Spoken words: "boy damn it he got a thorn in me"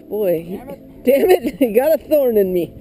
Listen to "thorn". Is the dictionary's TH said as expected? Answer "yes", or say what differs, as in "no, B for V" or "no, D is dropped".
yes